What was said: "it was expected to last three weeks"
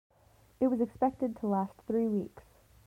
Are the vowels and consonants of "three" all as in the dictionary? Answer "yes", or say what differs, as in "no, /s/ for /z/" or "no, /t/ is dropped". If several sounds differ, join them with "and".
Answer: yes